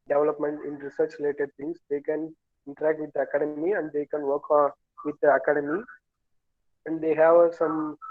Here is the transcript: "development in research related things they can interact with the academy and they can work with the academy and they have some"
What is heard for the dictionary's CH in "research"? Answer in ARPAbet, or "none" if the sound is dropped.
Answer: CH